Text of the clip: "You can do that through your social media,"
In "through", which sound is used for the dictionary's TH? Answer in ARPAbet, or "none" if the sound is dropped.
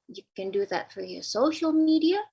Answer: F